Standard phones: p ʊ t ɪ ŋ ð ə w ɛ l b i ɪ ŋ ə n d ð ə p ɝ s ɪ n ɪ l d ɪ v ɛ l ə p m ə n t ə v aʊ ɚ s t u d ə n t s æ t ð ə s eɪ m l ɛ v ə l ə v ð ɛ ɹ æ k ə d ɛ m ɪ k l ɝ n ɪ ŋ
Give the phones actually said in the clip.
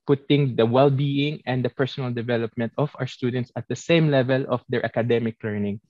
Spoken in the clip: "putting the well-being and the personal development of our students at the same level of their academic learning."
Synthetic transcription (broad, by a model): p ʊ t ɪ ŋ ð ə w ɛ l b i ɪ ŋ ə n d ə p ɝ s ɪ n ɪ l d ɪ v ɛ l ə p m ə n t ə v aʊ ɚ s t u d ə n t s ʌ t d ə s eɪ m l ɛ v ə l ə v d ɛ ɹ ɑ k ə d ɛ m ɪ k l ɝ n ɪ ŋ